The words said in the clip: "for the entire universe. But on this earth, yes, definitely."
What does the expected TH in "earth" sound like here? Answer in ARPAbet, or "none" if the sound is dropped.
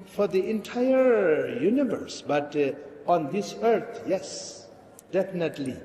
T